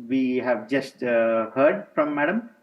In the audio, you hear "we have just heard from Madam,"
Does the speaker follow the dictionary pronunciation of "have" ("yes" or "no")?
yes